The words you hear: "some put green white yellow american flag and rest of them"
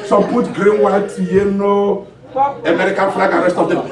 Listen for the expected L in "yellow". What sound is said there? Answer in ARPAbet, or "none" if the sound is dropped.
N